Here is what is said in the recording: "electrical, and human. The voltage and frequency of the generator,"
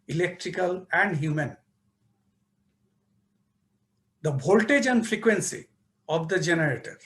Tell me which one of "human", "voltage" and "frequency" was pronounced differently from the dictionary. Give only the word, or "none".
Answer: voltage